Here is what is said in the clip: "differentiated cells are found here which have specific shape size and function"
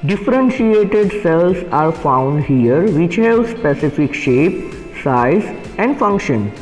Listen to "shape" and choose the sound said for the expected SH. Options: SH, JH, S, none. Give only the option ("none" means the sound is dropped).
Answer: SH